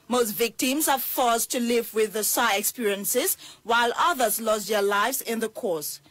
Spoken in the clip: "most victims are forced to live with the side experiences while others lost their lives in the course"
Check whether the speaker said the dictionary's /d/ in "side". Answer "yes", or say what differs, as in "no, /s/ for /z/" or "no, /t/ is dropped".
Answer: no, /d/ is dropped